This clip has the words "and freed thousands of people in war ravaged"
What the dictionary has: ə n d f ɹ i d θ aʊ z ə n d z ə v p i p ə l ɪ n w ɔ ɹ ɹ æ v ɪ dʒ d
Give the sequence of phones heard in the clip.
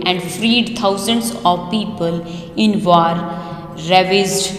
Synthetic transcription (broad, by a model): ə n d f ɹ i d t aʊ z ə n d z ə v p i p ə l ɪ n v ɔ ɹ ɹ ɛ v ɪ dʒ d